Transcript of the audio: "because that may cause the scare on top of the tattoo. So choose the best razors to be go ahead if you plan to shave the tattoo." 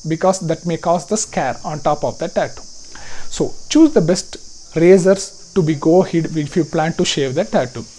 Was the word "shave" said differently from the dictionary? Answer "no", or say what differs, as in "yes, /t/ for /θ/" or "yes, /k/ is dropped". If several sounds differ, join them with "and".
no